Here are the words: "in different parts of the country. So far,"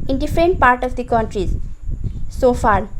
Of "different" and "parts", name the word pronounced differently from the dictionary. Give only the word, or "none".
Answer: parts